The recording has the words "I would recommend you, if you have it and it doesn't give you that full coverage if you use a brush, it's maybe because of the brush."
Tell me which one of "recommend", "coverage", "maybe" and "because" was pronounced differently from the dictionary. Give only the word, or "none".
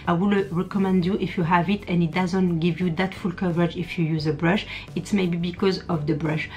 none